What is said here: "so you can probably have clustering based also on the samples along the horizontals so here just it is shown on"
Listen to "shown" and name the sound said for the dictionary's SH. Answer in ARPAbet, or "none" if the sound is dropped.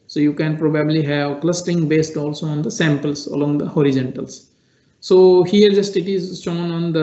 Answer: S